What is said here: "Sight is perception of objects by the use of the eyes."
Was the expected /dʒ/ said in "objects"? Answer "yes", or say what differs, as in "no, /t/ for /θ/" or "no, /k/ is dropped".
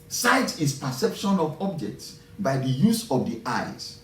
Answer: yes